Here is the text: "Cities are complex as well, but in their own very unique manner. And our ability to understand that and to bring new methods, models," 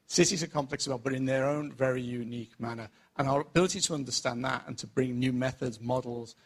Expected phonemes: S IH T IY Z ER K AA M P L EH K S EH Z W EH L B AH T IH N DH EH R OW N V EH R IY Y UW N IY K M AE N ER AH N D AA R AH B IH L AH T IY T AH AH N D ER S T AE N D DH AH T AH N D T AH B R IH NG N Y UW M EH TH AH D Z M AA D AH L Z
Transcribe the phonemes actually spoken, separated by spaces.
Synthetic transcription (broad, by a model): S IH T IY Z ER K AA M P L EH K S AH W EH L B AH T IH N DH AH R OW N V EH R IY Y UW N IY K M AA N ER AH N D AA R AH B IH L AH T IY T AH AH N D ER S T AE N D DH AH T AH N T AH B R IH NG N Y UW M EH TH AH D Z M AA D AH L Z